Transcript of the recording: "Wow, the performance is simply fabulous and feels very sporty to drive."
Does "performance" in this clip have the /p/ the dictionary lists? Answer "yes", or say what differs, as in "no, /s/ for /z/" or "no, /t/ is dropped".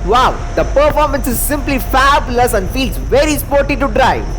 yes